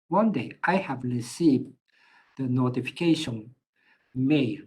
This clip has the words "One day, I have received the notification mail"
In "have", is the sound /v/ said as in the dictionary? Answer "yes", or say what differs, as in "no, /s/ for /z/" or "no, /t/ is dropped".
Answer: yes